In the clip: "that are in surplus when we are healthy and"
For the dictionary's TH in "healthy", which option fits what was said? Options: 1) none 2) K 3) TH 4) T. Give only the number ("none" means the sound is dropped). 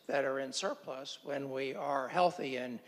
3